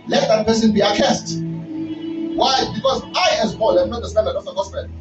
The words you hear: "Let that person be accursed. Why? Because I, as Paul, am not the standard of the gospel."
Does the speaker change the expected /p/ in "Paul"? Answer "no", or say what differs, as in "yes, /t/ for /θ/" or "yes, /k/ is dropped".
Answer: yes, /b/ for /p/